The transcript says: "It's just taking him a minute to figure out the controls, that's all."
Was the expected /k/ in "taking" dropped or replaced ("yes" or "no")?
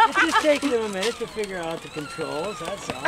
yes